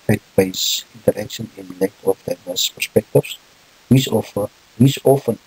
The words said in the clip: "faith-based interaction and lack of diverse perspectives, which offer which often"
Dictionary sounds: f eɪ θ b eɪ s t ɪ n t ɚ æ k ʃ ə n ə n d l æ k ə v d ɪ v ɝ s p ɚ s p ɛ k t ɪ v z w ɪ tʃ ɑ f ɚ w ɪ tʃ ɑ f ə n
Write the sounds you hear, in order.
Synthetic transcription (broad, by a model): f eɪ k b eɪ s ɪ n t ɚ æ k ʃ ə n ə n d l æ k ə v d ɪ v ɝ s p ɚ s p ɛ k t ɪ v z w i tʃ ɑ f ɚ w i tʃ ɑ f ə n